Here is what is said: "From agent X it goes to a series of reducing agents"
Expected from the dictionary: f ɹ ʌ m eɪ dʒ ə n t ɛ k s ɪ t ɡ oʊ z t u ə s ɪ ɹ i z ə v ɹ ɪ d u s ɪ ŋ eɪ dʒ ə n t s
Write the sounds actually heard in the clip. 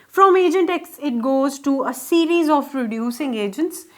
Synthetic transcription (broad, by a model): f ɹ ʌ m eɪ dʒ ə n t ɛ k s ɪ t ɡ oʊ z t u ə s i ɹ i z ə p ɹ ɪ d u s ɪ ŋ eɪ dʒ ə n t s